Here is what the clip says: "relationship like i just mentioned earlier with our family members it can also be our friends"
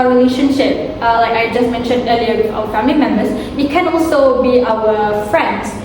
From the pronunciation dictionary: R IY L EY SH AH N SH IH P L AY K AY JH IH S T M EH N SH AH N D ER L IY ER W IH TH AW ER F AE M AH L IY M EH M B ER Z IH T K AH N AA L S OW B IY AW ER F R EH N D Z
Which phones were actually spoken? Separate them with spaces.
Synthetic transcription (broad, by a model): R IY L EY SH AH N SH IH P L AY K AY JH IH S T M EH N SH AH N D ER L IY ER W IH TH AW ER F AE M AH L IY M EH M B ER S IH T K AH N AA L S OW B IY AW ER F R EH N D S